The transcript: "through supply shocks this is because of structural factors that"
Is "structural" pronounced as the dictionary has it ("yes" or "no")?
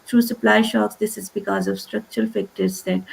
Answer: yes